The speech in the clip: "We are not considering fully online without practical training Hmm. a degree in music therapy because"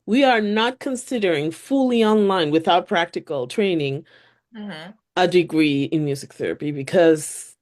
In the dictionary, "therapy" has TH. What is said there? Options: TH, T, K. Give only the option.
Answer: TH